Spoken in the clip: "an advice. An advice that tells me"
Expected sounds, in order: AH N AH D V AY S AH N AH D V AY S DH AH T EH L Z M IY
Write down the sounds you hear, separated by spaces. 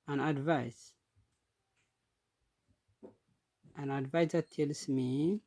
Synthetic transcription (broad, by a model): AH N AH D V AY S AH N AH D V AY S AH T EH L S M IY